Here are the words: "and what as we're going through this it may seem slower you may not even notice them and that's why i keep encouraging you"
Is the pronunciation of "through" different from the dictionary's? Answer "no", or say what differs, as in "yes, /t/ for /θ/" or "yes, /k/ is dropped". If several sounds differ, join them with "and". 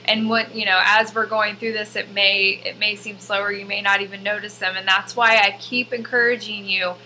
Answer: no